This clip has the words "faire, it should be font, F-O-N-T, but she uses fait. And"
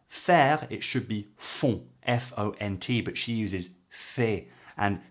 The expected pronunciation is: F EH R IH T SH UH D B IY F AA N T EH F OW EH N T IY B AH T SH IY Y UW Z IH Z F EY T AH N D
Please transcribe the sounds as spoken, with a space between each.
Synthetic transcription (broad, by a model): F EH R IH T SH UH D B IY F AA T EH F OW EH N T IY B AH T SH IY Y UW Z IH Z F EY T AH N